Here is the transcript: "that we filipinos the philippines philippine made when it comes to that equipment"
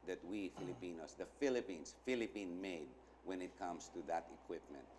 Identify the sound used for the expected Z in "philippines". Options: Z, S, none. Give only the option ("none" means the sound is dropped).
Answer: S